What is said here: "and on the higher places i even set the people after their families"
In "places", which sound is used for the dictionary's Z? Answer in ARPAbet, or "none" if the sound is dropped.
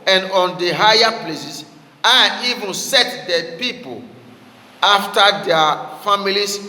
S